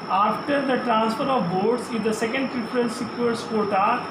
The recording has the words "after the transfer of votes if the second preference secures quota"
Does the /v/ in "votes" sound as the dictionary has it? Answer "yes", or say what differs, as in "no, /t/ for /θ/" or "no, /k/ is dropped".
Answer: no, /b/ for /v/